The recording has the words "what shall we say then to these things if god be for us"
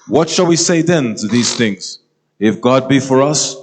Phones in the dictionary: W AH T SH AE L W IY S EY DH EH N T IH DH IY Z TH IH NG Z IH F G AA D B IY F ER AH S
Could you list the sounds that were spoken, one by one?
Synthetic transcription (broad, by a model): W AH T SH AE L W IY S EY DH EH N T IH DH IY Z TH IH NG Z IH F G AA D B IY F ER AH S